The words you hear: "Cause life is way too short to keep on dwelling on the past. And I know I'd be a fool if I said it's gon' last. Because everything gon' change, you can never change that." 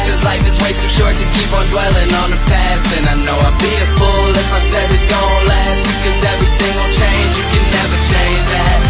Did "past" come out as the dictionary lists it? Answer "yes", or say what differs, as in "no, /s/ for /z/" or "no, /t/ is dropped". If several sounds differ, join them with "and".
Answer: no, /t/ is dropped